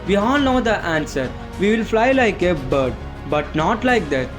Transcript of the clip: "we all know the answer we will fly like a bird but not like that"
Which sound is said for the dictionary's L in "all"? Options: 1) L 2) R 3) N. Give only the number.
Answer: 3